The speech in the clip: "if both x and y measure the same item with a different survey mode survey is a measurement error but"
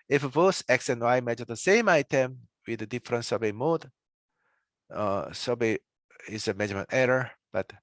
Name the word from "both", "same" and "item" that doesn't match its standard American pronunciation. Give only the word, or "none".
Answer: both